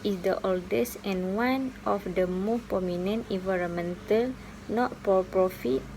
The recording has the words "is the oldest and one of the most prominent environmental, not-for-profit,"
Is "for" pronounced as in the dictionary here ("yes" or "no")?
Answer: no